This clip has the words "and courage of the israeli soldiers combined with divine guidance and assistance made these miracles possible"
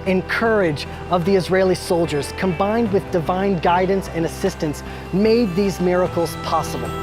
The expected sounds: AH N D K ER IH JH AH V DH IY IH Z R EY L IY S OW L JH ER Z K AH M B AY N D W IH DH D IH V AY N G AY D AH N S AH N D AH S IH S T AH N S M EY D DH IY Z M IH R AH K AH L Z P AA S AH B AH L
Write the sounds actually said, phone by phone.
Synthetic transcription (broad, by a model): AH N K ER IH JH AH V DH IY IH Z R EY L IY S OW L JH ER Z K AH M B AY N D W IH DH D IH V AY N G AY D N S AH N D AH S IH S T AH N S M EY D DH IY Z M IH R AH K L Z P AA S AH B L